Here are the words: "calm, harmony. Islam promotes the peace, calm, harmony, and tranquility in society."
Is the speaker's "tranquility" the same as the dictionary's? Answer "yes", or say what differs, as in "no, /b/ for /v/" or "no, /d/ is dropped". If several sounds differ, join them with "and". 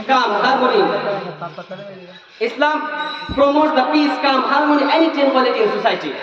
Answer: no, /ɹ/ is dropped